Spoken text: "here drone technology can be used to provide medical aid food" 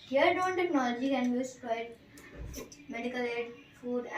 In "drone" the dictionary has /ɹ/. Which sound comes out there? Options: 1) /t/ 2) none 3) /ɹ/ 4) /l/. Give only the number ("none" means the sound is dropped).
2